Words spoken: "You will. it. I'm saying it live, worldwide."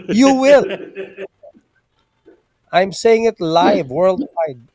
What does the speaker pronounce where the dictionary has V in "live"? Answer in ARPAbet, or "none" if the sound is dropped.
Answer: V